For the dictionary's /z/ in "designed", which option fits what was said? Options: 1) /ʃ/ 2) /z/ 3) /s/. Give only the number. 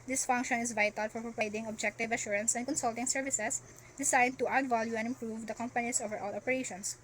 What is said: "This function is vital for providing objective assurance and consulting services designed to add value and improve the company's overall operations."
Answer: 3